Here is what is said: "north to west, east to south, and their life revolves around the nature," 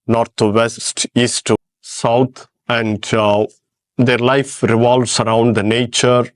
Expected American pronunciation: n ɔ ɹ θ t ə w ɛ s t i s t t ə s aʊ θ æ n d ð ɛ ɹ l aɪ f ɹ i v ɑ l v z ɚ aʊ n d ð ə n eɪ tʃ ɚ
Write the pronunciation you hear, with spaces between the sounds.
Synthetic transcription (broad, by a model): n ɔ ɹ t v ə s s t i s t t s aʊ t æ n d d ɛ ɹ l aɪ f ɹ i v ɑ l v s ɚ aʊ n d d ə n eɪ tʃ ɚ